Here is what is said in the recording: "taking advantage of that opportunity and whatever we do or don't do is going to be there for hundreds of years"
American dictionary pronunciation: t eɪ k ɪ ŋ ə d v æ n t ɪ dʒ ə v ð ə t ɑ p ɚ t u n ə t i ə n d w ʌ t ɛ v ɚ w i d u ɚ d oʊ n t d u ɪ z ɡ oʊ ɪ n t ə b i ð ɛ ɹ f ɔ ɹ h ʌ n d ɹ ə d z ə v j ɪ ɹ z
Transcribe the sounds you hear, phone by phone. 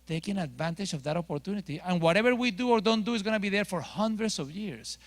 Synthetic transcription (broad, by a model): t eɪ k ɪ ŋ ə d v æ n t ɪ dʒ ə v ð ə t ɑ p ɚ t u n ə t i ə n w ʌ t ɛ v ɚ w i d u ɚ d oʊ n t d u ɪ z ɡ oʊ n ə b i ð ɛ ɹ f ɔ ɹ h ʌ n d ɹ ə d s ə v j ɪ ɹ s